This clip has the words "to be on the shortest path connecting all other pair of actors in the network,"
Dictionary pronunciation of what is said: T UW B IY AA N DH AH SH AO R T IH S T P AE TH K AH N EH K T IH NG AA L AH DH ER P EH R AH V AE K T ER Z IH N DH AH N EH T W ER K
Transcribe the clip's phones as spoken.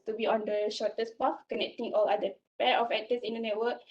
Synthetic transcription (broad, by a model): T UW B IY AA N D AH SH AO T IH S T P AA F K AH N EH K T IH NG AA L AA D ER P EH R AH F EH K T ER S IH N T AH N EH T W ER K